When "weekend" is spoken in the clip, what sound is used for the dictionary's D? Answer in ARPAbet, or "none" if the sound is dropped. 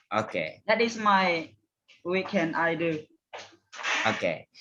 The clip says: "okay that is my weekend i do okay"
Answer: none